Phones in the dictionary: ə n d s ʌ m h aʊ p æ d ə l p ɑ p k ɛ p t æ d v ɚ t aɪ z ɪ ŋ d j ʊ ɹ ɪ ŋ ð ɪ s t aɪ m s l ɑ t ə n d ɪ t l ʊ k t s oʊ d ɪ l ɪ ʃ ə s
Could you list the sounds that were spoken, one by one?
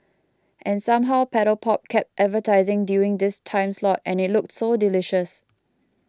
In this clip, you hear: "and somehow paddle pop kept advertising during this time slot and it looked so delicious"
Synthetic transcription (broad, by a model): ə n s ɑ m h aʊ p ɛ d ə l p ɑ p k ɛ p t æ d v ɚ t aɪ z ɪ ŋ d j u ɪ ŋ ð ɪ s t aɪ m s l ɑ t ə n ɪ t l ʊ k t s oʊ d ɪ l ɪ ʃ ə s